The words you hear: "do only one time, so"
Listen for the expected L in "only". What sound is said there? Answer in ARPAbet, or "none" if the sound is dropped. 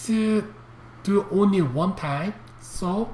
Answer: L